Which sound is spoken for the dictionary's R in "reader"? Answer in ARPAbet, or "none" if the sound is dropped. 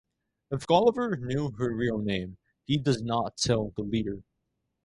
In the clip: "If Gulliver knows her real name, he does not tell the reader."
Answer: L